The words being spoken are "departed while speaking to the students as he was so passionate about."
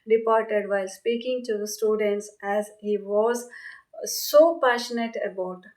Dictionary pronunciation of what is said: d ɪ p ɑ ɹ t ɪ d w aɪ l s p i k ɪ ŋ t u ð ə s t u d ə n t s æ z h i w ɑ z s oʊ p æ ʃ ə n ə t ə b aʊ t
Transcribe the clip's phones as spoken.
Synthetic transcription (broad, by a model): d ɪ p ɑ ɹ t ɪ d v aɪ l s p i k ɪ ŋ t u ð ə s t u d ə n t s æ z h i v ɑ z s oʊ p æ ʃ ə n ə t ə b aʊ t